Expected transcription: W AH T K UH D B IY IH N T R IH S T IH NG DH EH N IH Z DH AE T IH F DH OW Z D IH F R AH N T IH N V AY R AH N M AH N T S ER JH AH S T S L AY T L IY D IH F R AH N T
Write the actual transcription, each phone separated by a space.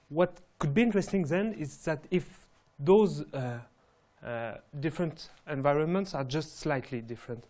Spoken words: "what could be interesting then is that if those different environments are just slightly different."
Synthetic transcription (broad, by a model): W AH T K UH D B IY IH N T R IH S T IH NG DH EH N IH Z DH AE T IH F DH OW Z D IH F R AH N T IH N V AY R AH N M AH N T S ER JH AH S T S L AY T L IY D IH F R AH N T